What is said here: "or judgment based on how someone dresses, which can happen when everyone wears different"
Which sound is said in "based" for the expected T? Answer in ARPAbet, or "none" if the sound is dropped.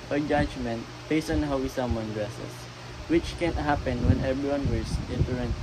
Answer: none